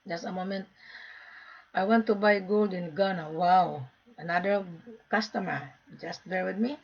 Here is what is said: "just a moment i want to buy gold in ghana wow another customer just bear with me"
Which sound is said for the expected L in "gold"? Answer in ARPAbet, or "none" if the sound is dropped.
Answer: L